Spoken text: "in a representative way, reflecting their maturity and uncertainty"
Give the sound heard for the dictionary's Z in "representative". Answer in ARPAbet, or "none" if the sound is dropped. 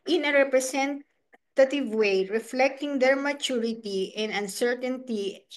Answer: S